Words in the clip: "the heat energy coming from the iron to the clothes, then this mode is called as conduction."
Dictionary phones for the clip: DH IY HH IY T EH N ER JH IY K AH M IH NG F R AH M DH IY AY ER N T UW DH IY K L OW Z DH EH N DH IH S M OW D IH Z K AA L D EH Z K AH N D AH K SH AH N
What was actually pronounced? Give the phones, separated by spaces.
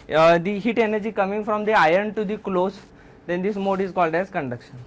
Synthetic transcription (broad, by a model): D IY HH IY T EH N ER JH IY K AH M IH NG F R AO M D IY AY ER N T UW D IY K L OW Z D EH N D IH S M OW D IH Z K AA L D EH Z K AH N D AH K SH AH N